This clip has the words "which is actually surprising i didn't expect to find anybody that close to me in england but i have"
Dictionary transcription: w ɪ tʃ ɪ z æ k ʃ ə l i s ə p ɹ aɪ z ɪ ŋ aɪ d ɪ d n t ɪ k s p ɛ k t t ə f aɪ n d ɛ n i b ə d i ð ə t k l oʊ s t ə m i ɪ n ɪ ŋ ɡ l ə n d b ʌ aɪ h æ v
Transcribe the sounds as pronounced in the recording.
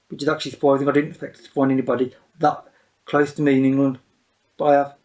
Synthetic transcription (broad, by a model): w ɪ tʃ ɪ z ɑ k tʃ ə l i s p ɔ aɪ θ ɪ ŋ aɪ d ɪ d n t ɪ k s p ɛ k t t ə p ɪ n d ɛ n i b ə d i ð ə t k l oʊ s t ə m i ɪ n ɪ ŋ ɡ l ə n d b ʌ aɪ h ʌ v